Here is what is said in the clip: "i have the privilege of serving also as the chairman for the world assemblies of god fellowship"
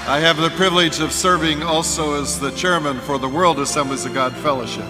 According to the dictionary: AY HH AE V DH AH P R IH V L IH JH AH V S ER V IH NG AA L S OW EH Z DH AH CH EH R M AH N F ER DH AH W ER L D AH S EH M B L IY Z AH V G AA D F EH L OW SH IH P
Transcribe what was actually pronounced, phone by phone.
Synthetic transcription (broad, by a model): AY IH V DH AH P R IH V L IH JH AH V S ER V IH NG AA L S OW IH Z DH AH CH EH R M AH N F ER DH AH W ER L D AH S EH M B L IY Z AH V G AA D F EH L OW SH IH P